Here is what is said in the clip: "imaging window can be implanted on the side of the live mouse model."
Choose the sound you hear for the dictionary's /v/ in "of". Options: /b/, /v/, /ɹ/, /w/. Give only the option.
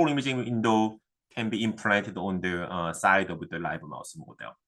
/w/